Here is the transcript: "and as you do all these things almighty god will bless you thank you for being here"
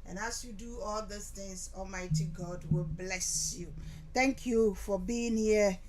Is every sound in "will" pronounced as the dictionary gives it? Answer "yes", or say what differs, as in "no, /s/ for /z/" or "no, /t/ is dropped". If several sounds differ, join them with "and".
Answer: yes